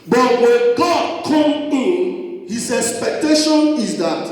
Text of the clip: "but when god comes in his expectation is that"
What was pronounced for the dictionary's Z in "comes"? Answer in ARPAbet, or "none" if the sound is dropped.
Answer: none